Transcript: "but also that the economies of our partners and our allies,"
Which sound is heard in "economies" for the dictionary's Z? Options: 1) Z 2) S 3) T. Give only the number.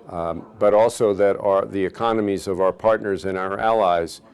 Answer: 1